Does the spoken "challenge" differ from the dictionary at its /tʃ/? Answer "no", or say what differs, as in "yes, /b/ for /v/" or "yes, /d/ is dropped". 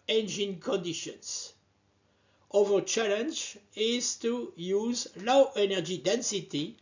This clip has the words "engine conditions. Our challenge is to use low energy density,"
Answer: no